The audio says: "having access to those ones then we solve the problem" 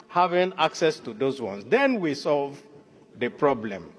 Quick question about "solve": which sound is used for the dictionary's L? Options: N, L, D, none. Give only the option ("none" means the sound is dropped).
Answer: L